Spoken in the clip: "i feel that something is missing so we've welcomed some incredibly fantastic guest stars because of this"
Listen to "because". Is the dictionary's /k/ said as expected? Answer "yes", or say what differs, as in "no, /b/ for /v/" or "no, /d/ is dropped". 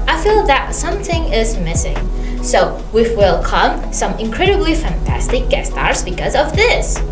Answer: yes